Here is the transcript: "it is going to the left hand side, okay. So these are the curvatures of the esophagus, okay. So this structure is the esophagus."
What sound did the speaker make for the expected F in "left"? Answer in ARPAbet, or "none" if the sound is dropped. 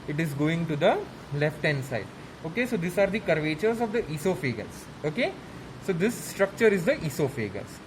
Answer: F